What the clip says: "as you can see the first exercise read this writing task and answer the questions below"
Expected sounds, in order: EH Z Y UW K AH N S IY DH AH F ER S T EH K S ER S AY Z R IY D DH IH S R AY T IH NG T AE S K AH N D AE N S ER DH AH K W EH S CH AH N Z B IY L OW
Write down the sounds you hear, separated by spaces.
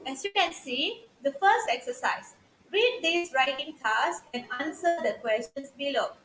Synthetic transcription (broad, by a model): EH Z Y UW K AH N S IY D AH F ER S T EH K S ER S AY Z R IY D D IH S R AY T IH NG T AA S AH N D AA N S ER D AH K W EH S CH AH N S B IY L OW